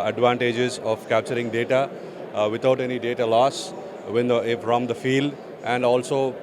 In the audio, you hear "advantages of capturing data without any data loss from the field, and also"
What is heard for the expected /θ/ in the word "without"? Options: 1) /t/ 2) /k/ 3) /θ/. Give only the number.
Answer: 1